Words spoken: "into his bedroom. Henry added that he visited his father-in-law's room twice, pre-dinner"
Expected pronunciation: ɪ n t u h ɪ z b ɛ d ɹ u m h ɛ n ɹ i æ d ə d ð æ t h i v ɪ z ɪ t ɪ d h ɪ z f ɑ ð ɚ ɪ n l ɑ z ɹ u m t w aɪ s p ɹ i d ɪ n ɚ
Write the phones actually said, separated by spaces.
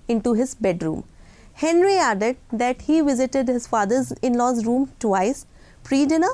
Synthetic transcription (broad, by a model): ɪ n t u h ɪ z b ɛ d ɹ u m h ɛ n ɹ i æ d ə d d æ t h i v ɪ z ɪ t ɪ d h ɪ z f ɑ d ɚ ɪ n l ɑ z ɹ u m t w aɪ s p ɹ i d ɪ n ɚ